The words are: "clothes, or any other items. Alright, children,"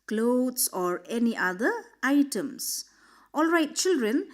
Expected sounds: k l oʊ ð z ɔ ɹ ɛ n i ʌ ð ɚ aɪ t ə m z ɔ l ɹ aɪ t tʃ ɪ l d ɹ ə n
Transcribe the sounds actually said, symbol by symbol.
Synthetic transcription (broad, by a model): k l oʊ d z ɔ ɹ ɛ n i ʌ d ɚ aɪ t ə m s ɔ l ɹ aɪ t tʃ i l d ɹ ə n